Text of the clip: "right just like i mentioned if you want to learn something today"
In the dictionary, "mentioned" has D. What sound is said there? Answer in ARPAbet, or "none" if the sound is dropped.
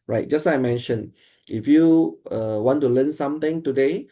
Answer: none